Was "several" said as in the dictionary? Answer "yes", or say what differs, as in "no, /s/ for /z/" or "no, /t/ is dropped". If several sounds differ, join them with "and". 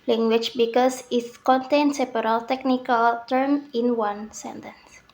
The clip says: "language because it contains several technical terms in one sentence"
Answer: no, /p/ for /v/